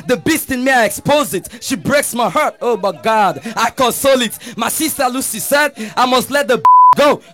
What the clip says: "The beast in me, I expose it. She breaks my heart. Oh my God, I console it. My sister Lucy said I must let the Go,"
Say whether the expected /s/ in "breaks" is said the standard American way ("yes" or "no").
yes